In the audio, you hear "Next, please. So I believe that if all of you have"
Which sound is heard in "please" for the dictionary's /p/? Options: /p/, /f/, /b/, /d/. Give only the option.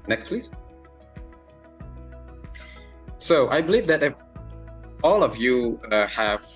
/f/